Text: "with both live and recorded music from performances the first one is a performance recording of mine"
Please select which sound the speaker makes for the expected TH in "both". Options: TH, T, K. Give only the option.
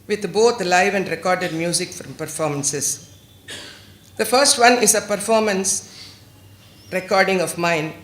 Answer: T